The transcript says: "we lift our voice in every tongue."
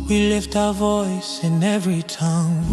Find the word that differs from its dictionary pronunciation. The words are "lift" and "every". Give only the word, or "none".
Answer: none